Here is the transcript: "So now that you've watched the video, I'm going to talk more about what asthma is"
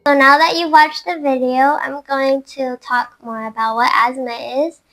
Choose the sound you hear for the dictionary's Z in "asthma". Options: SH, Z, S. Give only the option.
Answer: Z